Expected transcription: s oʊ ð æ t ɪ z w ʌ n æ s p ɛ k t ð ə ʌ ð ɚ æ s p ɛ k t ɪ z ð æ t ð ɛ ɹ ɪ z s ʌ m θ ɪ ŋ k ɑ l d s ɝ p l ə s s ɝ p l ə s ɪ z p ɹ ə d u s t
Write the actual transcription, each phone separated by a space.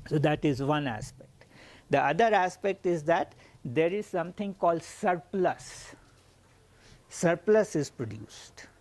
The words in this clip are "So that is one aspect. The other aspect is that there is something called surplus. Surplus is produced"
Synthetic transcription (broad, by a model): s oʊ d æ t ɪ z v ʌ n æ s p ɛ k t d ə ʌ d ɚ æ s p ɛ k t ɪ z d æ t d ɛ ɹ ɪ z s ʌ m t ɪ ŋ k ɑ l d s ɝ p l ə s s ɝ p l ə s ɪ z p ɹ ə d u s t